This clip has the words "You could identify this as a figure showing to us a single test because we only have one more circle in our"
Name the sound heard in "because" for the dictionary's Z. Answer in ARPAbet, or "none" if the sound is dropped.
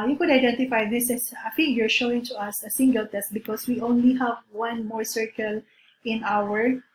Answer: S